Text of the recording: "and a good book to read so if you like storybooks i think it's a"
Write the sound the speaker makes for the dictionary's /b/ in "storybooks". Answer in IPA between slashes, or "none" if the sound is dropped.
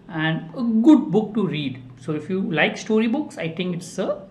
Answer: /b/